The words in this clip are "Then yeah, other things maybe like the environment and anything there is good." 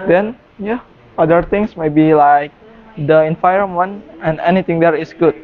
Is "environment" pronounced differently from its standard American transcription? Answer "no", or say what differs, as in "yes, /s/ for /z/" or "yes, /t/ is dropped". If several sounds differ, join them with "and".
yes, /f/ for /v/